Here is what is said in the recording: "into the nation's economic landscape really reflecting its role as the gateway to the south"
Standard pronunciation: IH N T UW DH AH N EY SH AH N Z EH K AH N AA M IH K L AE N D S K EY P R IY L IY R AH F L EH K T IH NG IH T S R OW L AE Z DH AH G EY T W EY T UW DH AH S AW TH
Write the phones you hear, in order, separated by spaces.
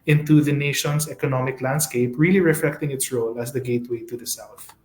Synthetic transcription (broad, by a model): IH N T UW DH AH N EY SH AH N S EH K AH N AA M IH K L AE N D S K EY P R IY L IY R AH F L EH K T IH NG IH T S R OW L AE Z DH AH G EY T W EY T UW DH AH S AW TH